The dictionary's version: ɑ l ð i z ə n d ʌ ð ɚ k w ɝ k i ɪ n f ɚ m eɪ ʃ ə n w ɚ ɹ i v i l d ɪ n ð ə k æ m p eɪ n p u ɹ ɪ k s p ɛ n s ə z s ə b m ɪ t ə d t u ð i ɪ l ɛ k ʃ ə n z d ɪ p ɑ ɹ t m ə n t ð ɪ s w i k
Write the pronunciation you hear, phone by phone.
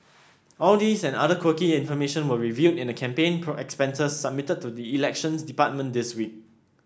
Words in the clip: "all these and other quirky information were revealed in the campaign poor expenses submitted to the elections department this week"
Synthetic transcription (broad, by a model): ɑ l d i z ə n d ʌ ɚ k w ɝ k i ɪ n f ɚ m eɪ ʃ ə n w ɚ ɹ i v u d ɪ n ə k æ m p eɪ n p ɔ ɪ k s p ɛ n s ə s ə b m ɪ t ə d t u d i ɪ l ɛ k ʃ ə n s d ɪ p ɑ t m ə n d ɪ s w i k